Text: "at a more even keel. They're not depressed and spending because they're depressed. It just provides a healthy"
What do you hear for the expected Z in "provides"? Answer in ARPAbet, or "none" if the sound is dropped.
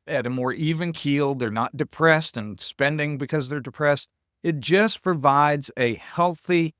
Z